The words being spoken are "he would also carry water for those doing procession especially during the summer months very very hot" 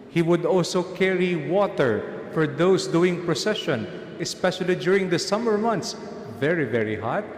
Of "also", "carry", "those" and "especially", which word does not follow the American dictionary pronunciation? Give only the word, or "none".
those